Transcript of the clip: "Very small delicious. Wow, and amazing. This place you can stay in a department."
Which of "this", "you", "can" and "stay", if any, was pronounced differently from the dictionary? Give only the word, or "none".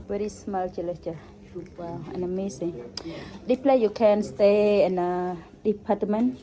this